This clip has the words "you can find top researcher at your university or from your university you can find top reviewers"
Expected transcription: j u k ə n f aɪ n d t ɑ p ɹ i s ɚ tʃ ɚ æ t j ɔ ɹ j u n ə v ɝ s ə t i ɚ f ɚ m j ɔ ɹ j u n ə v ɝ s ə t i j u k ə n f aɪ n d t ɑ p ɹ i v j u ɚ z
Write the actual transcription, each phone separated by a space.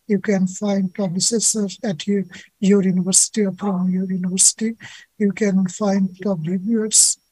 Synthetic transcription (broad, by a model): j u k ə n f aɪ n d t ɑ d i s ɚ s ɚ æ t j ɔ ɹ j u n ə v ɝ s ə t i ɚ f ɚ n j ɔ ɹ j u n ə v ɝ s ə t i j u k ə n f aɪ n d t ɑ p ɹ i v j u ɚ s